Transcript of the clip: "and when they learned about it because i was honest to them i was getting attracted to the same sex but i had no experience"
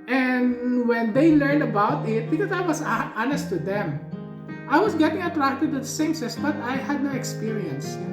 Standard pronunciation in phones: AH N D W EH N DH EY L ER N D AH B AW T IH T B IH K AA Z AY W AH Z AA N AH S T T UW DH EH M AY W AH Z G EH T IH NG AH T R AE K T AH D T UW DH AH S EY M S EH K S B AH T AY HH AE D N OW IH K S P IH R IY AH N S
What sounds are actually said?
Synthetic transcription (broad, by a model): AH N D W EH N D EY L ER N D AH B AW T IH T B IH K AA S AY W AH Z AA N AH S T T UW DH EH M AY W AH S G EH T IH NG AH T R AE K T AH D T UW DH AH S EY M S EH S B AH T AY HH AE D N OW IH K S P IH R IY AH N S